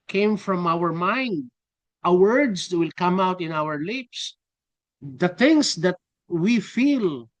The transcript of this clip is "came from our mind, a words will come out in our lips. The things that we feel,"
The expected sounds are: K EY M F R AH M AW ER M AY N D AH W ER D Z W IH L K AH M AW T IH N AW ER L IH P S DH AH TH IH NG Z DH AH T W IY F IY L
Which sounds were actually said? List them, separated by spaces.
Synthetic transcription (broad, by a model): K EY M F R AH M AW ER M AY N D AH W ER D S W IH L K AH M AW T IH N AW ER L IH P S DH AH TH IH NG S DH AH T W IY F IY L